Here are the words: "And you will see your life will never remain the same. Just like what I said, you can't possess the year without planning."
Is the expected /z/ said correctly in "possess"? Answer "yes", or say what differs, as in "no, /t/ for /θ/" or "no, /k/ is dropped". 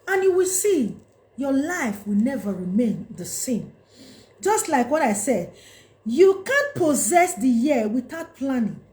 yes